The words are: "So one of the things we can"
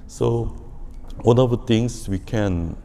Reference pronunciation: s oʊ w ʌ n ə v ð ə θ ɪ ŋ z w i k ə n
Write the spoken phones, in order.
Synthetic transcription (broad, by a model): s oʊ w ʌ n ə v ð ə t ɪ ŋ s w i k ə n